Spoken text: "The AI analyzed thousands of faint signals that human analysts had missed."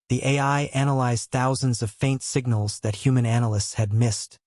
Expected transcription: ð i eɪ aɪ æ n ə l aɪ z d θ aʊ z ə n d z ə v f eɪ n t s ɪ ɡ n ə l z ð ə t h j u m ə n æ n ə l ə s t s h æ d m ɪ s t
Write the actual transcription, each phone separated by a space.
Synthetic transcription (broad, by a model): ð i eɪ aɪ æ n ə l aɪ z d θ aʊ z ə n d z ə v f eɪ n t s ɪ ɡ n l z ð ə t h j u m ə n æ n ə l ə s t s h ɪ d m ɪ s t